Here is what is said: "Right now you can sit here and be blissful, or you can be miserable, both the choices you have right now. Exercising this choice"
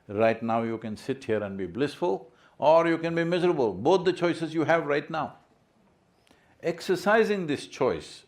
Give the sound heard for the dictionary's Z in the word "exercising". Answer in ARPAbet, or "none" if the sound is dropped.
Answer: Z